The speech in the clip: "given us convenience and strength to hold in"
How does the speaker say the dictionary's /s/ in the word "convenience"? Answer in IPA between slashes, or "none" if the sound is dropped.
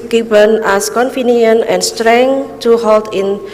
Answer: none